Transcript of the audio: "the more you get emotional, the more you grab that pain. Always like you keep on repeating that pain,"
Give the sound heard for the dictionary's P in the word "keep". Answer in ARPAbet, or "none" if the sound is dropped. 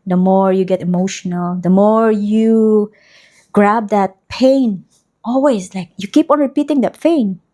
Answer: P